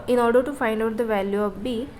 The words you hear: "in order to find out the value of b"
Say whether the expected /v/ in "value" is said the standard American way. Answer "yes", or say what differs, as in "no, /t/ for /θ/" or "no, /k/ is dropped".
yes